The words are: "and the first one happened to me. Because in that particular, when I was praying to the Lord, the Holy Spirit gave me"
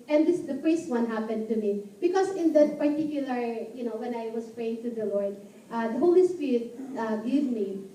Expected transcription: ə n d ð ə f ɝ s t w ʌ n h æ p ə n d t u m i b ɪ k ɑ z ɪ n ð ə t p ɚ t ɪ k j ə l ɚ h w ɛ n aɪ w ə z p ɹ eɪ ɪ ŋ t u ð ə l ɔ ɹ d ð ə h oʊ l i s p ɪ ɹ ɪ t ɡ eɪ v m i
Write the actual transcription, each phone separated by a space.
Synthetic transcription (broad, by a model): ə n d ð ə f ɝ s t w ʌ n h æ p ə n d t u m i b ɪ k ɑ s ɪ n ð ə t p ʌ t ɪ k j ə l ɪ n w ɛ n aɪ w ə s p ɹ eɪ ɪ ŋ t u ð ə l ɔ ɹ d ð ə h oʊ l i s p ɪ ɹ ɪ t ɡ eɪ v m i